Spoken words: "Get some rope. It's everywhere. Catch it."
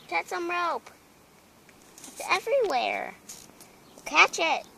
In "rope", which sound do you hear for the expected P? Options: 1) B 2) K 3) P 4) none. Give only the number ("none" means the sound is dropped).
3